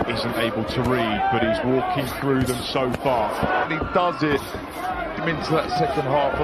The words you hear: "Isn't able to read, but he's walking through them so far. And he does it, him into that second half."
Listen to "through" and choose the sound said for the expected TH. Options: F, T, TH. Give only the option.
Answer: TH